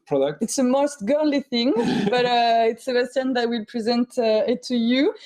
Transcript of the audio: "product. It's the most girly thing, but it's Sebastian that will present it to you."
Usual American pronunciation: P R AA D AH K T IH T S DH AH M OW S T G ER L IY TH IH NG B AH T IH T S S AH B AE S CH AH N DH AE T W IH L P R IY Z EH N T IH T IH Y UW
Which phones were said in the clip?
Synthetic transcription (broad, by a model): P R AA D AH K T IH T S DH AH M OW S T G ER L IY TH IH NG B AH T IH T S S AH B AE S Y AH N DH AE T W IH L P R IY Z EH N T IH T IH Y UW